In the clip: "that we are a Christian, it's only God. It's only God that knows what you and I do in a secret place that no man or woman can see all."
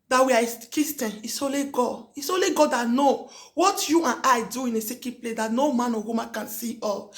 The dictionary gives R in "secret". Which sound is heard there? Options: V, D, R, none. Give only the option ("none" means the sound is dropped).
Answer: none